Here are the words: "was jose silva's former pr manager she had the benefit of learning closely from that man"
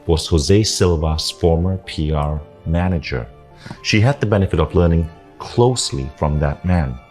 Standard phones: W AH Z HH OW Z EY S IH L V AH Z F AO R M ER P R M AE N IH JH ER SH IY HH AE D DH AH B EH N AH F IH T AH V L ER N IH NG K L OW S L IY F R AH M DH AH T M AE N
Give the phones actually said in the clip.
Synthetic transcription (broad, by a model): W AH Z HH OW Z EY S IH L V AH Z F AO R M ER P R M AE N IH JH ER SH IY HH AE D DH AH B EH N AH F IH T AH V L ER N IH NG K L OW S L IY F R AH M DH AH T M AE N